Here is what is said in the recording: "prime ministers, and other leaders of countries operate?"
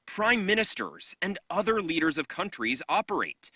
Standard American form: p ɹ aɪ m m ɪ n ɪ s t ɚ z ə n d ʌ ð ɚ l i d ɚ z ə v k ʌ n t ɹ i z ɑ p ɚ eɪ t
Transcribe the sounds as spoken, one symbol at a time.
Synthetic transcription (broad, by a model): p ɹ aɪ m m ɪ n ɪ s t ɚ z ə n d ʌ ð ɚ l i d ɚ z ə v k ʌ n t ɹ i z ɑ p ɚ eɪ t